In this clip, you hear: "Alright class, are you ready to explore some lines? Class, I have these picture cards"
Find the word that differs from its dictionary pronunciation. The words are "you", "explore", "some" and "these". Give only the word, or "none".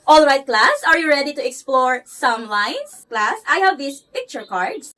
these